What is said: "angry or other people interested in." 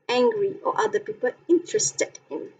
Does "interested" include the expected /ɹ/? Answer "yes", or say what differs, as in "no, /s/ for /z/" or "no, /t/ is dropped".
yes